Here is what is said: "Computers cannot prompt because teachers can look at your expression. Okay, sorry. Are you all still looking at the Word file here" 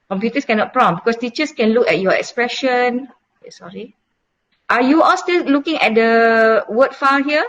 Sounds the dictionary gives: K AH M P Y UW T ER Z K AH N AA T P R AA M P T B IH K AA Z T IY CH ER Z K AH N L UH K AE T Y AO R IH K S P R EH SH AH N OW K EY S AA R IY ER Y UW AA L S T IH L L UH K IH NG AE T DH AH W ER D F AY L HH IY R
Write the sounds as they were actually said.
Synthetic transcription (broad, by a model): K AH M P Y UW T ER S K AH N AA T P R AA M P B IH K AA S T IY CH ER S K AH N L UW K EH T Y AO IH K S P R EH SH AH N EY S AA R IY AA Y UW AA L S T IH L L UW K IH NG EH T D AH W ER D F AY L HH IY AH